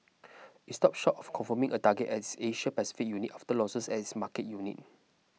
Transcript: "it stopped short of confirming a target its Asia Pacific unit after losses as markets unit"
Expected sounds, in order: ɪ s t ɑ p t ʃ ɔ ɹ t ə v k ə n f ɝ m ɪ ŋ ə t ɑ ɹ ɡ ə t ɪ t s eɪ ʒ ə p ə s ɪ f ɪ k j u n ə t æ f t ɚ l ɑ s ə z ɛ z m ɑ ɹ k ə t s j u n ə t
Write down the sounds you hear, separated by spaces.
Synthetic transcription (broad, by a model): ɪ s t ɑ p ʃ ɔ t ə f k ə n f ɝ m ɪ ŋ ə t ɑ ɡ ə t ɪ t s eɪ ʃ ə p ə s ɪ f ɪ k j u n ə t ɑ f t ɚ l ɑ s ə s ɛ s m ɑ k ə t j u n ə t